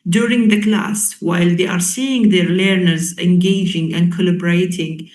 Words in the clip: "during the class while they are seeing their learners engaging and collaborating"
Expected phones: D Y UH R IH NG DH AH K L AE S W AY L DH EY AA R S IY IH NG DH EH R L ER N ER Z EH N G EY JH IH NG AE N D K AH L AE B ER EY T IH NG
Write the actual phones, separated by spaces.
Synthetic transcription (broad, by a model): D Y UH R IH NG DH AH K L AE S W AY L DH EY AA R S IY IH NG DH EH R L ER N ER Z EH N G EY JH IH NG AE N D K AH L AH B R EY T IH NG